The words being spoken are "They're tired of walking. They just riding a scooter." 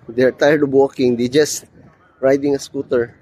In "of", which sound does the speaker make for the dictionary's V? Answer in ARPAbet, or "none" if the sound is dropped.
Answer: B